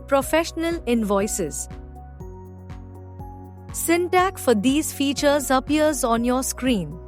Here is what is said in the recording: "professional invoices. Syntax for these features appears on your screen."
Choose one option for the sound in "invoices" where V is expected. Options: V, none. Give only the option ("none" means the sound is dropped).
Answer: V